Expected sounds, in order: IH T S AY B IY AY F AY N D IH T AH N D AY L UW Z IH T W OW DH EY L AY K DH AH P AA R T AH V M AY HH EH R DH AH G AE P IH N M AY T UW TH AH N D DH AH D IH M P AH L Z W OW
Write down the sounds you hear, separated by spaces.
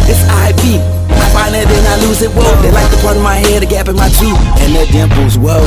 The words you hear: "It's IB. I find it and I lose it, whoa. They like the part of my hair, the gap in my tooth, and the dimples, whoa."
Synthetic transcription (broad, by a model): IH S AY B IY AY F AY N IH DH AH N AY L UW Z IH T W OW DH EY L AY K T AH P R AH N M AY HH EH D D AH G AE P IH N M AY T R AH N DH AH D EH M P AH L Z W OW